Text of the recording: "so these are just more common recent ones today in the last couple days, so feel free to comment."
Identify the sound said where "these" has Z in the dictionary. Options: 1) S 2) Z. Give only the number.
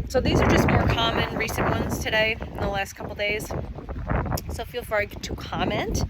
2